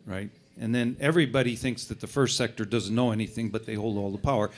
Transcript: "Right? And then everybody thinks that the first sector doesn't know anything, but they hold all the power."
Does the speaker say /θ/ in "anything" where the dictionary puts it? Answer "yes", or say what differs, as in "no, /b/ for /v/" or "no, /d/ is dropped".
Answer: yes